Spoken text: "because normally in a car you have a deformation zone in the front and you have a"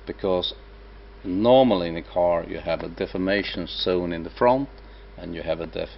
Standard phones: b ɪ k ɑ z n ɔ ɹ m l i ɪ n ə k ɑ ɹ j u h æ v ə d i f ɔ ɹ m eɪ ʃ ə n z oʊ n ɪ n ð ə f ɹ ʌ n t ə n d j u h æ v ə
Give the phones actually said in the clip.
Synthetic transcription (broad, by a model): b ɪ k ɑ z n ɔ ɹ m l i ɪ n ə k ɑ ɹ j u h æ v ə d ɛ f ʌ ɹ m eɪ ʃ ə n s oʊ n ɪ n ð ə f ɹ ʌ n t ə n j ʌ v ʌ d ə